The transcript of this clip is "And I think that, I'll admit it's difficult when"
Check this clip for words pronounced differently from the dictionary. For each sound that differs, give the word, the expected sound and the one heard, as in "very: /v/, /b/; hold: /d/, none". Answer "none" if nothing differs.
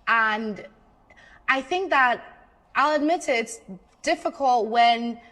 none